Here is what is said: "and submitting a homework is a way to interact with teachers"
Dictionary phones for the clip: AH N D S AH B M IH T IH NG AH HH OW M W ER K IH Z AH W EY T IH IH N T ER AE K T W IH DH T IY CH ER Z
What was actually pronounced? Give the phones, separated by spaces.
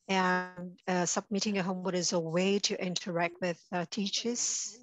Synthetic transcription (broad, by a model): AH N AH S AH B M IH T IH NG AH HH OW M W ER IH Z AH W EY T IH IH N T ER AE K T W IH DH T IY CH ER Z